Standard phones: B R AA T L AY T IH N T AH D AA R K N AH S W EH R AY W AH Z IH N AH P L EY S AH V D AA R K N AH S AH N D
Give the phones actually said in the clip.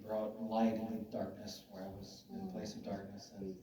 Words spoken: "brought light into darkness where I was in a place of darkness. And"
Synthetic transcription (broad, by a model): B R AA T L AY IH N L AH D AA R K N AH S W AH R AY W AH Z IH N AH P L EY S AH V D AA R K N AH S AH N